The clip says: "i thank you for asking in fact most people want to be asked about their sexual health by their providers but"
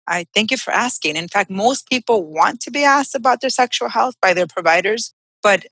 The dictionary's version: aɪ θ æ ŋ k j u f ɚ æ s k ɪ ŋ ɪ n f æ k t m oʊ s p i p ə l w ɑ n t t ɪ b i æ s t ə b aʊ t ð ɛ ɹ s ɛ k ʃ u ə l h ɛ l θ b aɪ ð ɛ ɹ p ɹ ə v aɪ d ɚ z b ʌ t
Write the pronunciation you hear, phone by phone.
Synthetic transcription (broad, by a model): aɪ θ æ ŋ k j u f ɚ æ s k ɪ ŋ ɪ n f æ k t m oʊ s p i p l w ɑ n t t ɪ b i æ s t ə b aʊ t ð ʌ ɹ s ɛ k ʃ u l h ɛ l θ b aɪ ð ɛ ɹ p ɹ ə v aɪ d ɚ z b ʌ t